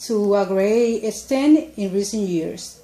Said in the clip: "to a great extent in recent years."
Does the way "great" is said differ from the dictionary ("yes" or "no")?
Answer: yes